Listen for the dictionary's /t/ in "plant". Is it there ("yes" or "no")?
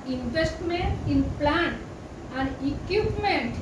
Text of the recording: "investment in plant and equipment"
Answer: no